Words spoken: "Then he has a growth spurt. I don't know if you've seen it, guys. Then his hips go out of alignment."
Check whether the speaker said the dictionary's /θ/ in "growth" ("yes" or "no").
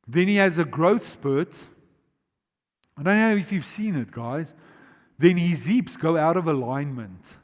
yes